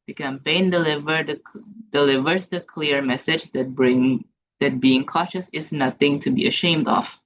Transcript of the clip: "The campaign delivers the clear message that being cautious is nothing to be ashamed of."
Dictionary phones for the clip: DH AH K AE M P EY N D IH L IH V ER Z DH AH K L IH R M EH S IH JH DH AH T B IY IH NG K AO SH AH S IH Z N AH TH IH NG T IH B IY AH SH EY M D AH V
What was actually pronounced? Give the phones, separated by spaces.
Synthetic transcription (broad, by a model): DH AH K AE M P EY N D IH L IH V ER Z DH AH K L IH R M EH S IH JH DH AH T B IY IH NG K AO SH AH S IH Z N AH TH IH NG T IH B IY AH SH EY M D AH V